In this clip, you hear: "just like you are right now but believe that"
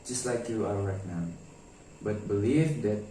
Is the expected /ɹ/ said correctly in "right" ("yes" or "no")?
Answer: no